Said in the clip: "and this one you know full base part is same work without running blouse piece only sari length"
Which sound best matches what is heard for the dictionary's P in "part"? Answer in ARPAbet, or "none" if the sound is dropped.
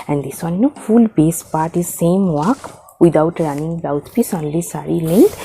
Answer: P